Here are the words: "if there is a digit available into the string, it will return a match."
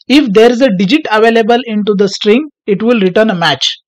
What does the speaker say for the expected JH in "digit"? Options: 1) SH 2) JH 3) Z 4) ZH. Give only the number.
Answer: 2